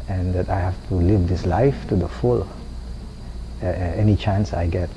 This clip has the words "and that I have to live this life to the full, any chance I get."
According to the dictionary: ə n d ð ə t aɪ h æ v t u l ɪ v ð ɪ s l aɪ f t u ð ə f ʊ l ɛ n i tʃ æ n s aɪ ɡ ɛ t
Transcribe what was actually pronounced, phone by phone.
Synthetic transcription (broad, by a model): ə n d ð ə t aɪ h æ f t u l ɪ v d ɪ s l aɪ f t u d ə f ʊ l ɛ n i tʃ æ n s aɪ ɡ ɛ t